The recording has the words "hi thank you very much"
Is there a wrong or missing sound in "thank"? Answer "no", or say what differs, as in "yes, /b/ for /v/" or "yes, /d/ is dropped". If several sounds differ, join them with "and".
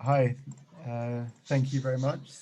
no